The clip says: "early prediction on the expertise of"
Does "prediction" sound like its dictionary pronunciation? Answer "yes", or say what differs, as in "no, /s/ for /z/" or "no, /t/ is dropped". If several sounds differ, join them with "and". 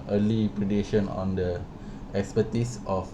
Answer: no, /k/ is dropped